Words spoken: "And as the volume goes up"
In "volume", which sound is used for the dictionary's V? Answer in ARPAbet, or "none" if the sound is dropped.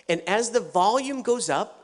V